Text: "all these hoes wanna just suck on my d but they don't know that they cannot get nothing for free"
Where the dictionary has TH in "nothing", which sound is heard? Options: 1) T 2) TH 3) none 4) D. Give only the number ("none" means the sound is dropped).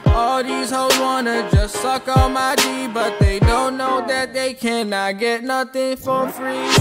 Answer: 2